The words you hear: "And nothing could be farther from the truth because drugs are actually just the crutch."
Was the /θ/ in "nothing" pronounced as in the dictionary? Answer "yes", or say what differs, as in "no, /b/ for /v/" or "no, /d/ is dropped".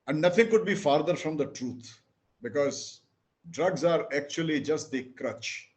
no, /t/ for /θ/